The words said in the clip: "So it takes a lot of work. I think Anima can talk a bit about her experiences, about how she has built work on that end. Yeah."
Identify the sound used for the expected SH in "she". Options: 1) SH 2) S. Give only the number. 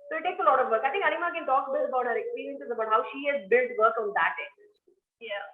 1